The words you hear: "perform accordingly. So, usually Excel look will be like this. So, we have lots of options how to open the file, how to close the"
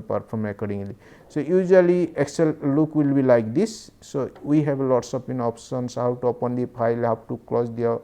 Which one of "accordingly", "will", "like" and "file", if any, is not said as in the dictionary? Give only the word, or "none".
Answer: file